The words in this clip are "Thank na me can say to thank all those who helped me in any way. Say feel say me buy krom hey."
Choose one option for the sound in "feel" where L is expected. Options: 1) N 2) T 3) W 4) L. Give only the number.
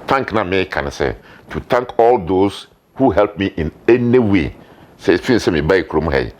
1